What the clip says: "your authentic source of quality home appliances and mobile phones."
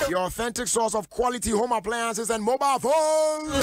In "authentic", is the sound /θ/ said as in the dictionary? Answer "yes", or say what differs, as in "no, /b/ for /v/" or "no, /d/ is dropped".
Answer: yes